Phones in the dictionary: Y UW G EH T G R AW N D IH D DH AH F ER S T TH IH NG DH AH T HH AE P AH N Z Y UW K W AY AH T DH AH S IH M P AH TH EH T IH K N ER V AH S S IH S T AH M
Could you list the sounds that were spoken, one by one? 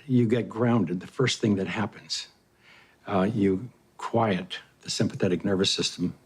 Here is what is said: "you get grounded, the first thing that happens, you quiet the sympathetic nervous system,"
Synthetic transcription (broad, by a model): Y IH G EH T G R AW N D IH D DH AH F ER S T TH IH NG DH AH T HH AE P AH N Z Y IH K W AY AH T DH AH S IH M P AH TH EH T IH K N ER V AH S S IH S T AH M